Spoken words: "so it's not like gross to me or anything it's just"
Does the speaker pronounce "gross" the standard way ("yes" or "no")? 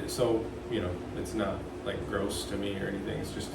yes